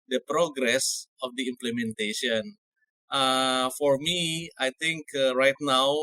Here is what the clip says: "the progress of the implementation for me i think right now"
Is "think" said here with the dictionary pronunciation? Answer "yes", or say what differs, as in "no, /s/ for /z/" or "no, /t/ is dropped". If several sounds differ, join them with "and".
no, /t/ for /θ/